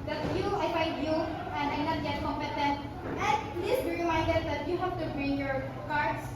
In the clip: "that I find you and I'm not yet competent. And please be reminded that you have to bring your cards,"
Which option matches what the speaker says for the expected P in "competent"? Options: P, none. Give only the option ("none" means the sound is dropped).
none